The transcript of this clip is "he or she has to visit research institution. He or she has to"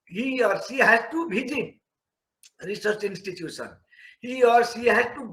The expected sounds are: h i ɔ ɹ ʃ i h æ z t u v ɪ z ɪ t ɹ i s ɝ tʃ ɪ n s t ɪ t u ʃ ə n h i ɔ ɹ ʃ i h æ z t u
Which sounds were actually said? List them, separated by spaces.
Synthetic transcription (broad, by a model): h i ɔ ɹ s i h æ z t u b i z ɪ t ɹ i s ɝ tʃ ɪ n s t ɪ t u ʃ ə n h i ɔ ɹ s i h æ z t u